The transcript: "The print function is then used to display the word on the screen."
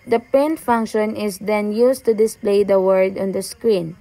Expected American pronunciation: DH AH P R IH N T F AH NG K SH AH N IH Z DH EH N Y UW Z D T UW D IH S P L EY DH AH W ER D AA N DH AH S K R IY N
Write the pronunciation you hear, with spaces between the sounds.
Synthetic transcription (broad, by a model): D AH P EH N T F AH NG K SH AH N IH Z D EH N Y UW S T UW D IH S P L EY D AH W ER D AA N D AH S K R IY N